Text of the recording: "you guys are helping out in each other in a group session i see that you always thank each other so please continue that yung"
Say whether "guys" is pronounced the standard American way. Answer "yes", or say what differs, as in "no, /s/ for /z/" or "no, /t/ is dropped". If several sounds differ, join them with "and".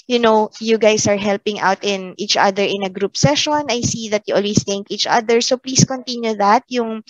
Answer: no, /s/ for /z/